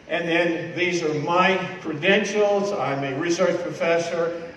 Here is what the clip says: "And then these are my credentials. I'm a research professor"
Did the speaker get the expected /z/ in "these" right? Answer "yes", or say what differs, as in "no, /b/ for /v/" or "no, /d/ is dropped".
yes